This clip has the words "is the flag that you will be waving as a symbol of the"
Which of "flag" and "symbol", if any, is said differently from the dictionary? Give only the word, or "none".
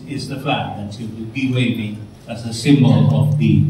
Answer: flag